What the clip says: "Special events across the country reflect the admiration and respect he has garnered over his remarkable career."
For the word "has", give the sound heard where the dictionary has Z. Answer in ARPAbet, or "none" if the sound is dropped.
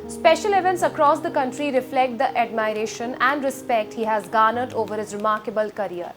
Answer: Z